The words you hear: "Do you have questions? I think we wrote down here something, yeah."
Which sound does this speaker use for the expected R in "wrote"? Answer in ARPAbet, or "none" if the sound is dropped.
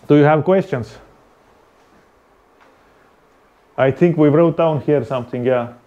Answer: R